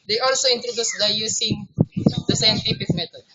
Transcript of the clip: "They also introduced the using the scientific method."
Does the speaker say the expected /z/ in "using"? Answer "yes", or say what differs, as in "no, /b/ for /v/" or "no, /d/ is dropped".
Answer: no, /s/ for /z/